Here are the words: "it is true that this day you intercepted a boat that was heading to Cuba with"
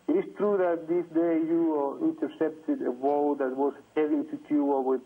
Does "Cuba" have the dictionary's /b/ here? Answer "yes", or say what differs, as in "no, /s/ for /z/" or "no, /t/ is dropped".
no, /b/ is dropped